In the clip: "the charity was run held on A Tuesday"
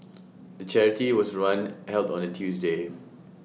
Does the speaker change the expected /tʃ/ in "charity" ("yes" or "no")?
no